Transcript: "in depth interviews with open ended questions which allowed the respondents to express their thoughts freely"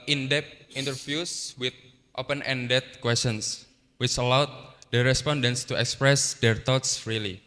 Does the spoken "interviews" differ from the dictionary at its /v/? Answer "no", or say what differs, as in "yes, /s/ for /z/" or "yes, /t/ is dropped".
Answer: yes, /f/ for /v/